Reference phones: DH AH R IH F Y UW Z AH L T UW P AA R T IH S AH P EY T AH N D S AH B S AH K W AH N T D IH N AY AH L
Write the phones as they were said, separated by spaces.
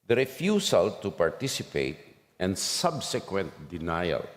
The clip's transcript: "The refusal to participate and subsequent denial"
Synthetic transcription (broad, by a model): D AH R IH F Y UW S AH L T UW P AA R T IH S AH P EY T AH N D S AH B S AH K W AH N T D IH N AY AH L